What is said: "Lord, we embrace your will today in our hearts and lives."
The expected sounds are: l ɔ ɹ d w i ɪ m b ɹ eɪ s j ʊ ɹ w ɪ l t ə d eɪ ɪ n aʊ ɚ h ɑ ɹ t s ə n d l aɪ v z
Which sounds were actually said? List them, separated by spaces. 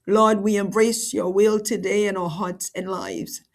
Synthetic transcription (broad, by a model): l ɔ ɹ d w i ɪ m b ɹ eɪ s j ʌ ɹ w ɪ l t ə d eɪ ɪ n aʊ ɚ h ɑ ɹ t s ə n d l aɪ v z